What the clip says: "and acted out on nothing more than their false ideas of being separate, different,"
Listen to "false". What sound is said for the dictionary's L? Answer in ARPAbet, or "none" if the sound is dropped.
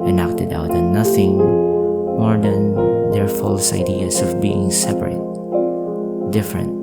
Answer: L